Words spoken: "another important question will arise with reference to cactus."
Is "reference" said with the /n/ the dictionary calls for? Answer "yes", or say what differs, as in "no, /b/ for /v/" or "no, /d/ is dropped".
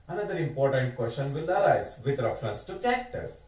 yes